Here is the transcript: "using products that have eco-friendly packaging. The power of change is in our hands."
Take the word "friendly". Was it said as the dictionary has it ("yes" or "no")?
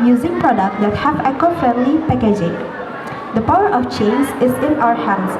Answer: no